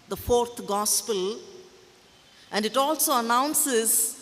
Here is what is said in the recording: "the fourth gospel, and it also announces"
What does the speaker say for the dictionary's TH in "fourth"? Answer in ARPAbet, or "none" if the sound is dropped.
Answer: T